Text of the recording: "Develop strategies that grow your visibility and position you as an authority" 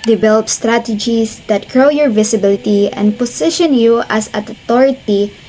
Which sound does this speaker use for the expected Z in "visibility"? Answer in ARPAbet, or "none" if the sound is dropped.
S